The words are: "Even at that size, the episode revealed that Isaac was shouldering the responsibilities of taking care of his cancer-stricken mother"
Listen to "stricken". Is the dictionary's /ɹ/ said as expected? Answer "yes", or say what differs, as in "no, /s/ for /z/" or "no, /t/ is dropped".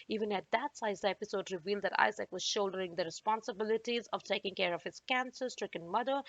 yes